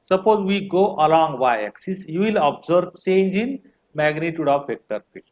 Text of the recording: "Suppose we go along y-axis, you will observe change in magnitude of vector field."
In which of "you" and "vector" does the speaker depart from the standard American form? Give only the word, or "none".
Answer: vector